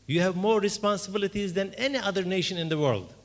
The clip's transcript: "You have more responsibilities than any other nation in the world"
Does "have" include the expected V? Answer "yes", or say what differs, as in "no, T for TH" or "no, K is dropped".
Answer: yes